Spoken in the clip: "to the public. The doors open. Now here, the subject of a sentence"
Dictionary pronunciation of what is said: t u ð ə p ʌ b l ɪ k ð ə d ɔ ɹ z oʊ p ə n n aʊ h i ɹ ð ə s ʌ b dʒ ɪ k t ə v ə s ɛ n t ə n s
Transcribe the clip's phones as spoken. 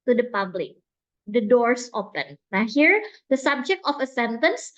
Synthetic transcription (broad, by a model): t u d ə p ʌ b l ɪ k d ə d ɔ ɹ s oʊ p ə n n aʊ h i ɹ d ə s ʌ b dʒ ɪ k t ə f ə s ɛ n t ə n s